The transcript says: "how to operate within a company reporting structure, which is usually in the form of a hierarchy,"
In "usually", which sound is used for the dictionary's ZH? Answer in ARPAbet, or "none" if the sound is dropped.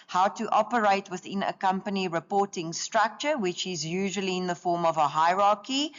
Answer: ZH